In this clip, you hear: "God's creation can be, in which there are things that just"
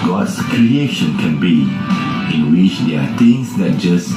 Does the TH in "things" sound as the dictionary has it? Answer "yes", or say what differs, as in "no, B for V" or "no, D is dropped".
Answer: no, T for TH